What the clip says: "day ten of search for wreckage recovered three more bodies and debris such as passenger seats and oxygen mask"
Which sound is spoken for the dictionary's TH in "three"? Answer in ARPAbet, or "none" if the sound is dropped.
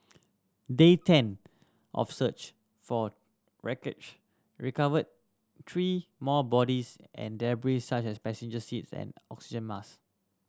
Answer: T